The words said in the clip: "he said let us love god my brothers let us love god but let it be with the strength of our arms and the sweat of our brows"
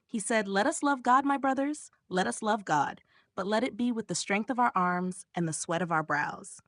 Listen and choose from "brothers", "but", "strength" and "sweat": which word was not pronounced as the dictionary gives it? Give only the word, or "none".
none